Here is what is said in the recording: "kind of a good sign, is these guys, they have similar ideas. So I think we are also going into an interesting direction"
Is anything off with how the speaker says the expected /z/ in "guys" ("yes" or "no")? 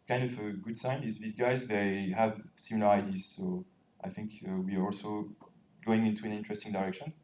no